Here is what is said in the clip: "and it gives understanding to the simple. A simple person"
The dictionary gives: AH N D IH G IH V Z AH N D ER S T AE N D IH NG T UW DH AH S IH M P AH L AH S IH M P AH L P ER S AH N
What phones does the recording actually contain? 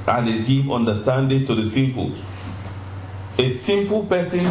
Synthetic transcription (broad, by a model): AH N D IH G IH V AH N D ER S T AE N D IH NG T UW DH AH S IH M P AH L AH S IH M P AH L P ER S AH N